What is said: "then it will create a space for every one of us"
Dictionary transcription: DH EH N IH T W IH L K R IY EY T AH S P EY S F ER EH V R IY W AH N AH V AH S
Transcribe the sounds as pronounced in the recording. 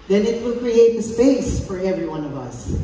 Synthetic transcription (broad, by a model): DH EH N IH T W IH L K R IY EY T AH S P EY S F ER EH V R IY W AH N AH V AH S